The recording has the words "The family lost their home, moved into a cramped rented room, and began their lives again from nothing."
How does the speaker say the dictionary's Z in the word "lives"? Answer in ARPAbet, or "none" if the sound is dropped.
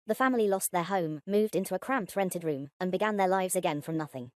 Z